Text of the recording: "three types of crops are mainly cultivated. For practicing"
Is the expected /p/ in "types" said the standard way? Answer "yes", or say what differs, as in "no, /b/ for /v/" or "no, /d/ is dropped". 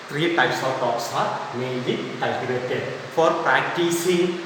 no, /p/ is dropped